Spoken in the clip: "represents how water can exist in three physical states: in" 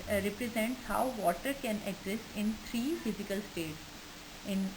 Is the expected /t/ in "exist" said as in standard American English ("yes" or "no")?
no